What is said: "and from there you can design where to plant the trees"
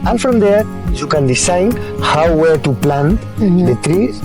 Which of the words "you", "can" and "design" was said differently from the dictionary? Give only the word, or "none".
design